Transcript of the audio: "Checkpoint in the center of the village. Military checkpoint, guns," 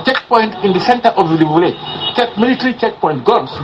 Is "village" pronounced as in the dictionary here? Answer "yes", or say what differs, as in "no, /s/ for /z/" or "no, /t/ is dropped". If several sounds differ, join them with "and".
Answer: no, /tʃ/ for /dʒ/